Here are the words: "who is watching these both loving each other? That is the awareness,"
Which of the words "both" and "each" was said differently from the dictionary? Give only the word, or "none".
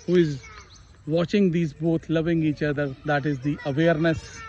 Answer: both